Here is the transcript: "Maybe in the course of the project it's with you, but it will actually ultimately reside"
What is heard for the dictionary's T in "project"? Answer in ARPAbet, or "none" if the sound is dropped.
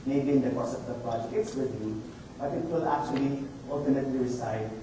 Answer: none